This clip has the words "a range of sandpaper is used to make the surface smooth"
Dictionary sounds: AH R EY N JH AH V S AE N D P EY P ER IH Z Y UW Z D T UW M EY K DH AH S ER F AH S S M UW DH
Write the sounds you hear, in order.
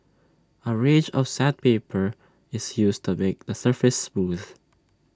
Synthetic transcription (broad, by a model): AH R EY JH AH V S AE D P EY P ER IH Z Y UW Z T UW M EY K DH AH S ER F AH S S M UW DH